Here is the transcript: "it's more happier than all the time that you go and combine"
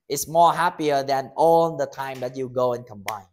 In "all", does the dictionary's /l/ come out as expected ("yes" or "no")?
yes